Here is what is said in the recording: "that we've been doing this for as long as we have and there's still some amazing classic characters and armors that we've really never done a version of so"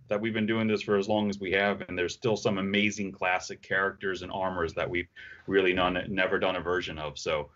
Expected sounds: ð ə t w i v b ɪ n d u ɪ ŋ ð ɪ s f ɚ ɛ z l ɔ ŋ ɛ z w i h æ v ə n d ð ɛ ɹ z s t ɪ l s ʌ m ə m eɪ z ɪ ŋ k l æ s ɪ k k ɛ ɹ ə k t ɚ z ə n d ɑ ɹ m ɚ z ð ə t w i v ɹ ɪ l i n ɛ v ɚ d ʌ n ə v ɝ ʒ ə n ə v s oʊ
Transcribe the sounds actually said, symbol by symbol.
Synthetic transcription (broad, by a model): ð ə t w i v b ɪ n d u ɪ ŋ ð ɪ s f ɚ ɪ z l ɔ ŋ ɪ z w i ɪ v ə n ð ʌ ɹ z s t ɪ l s ʌ m ə m eɪ z ɪ ŋ k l æ s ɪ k k ɛ ɹ ə k t ɚ z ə n ɑ ɹ m ɚ z ð ə t w i v ɹ ɪ l i n ɛ v ɚ d ʌ n ə v ɝ ʒ ə n ə v s oʊ